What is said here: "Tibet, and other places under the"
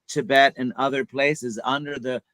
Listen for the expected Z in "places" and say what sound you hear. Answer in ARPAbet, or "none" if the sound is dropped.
Z